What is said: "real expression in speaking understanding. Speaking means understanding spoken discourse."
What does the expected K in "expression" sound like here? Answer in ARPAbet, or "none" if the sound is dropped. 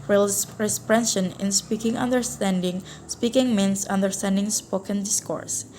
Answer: none